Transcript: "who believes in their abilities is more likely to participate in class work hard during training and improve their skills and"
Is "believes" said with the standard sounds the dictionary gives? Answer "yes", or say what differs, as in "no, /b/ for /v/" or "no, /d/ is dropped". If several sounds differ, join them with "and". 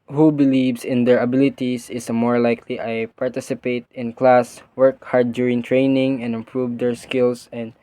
no, /s/ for /z/